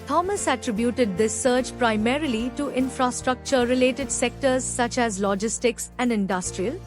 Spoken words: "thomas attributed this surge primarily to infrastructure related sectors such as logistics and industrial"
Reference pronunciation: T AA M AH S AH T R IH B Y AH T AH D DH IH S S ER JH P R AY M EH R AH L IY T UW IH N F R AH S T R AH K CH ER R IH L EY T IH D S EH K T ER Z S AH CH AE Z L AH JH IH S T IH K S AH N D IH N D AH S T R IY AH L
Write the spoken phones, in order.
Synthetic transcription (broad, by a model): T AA M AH S AH T R IH B Y AH T AH D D IH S S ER CH P R AY M EH R AH L IY T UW IH N F R AH S T R AH K CH ER R IH L EY T IH D S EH K T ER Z S AH CH AE Z L AH JH IH S T IH K S AH N D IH N D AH S T R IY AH L